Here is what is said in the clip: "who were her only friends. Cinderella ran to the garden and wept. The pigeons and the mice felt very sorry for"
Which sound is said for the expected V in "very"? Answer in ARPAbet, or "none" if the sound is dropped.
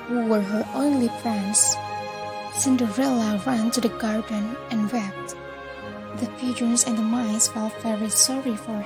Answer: F